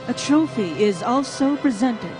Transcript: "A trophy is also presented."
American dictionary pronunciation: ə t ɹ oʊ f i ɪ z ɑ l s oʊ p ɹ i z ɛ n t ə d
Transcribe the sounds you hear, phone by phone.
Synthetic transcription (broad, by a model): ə t ɹ oʊ f i ɪ z ɑ l s oʊ p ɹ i z ɛ n t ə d